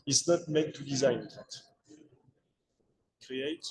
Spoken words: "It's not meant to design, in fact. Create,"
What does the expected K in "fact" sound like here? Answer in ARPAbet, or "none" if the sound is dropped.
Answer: none